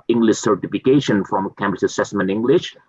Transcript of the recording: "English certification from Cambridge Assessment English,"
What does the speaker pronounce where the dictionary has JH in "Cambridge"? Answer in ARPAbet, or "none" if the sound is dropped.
CH